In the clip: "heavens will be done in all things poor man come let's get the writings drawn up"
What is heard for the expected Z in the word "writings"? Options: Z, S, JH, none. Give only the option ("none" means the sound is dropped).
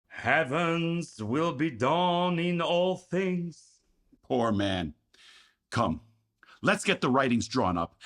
Z